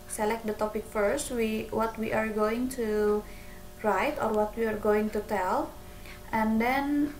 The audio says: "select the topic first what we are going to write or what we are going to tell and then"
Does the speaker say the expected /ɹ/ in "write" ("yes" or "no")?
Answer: yes